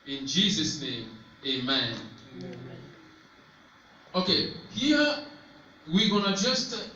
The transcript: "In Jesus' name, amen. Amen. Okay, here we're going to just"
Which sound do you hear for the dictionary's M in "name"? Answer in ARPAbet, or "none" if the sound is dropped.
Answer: none